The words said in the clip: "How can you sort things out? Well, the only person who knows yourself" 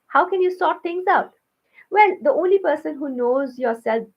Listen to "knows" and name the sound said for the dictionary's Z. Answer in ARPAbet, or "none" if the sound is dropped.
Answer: Z